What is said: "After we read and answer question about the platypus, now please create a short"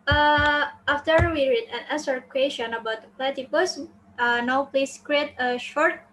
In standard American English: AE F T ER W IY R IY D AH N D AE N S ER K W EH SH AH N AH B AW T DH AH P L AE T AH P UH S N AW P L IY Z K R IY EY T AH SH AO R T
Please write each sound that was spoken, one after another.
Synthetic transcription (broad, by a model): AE F T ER W IY R IY D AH N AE S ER K W EH SH AH N AH B AW T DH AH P L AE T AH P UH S N AW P L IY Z K R IY EY T AH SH AO R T